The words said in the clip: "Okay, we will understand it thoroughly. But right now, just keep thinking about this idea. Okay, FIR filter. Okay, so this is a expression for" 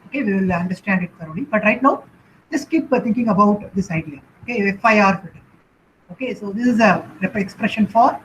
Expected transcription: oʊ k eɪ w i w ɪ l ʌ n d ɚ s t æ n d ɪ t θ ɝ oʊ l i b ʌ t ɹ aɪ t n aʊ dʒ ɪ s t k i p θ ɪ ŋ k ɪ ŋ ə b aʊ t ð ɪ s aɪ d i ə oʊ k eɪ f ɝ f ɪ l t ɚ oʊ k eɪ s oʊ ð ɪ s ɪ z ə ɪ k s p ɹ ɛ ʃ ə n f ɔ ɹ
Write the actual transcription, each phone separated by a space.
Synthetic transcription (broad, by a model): oʊ k eɪ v i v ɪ l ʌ n d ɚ s t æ n d ɪ t s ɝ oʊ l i b ʌ t ɹ aɪ t n aʊ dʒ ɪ s k i p t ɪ ŋ k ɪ ŋ ə b aʊ t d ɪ s aɪ d i ə oʊ k eɪ f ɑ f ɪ t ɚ oʊ k eɪ s oʊ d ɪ s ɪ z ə ɪ k s p ɹ ɛ ʃ ə n f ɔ ɹ